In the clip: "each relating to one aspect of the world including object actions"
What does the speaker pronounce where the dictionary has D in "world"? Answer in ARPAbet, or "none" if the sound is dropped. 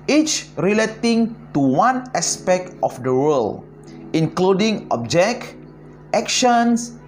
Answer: none